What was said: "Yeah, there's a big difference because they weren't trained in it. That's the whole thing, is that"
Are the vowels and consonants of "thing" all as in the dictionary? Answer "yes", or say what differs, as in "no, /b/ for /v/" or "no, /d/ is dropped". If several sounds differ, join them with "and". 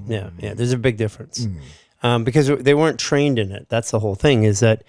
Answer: yes